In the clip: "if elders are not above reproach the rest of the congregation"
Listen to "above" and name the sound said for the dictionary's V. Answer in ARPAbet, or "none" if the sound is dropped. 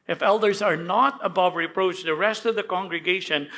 V